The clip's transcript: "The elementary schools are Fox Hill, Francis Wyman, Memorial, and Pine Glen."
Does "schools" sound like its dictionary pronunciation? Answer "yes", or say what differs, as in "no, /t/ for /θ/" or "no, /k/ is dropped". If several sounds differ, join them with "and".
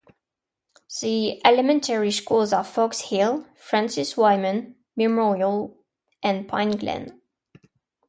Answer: yes